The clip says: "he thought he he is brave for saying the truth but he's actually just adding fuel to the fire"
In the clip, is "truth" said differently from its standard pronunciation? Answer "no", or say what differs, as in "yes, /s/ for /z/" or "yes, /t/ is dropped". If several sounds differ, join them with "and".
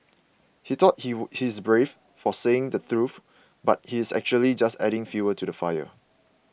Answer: yes, /f/ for /θ/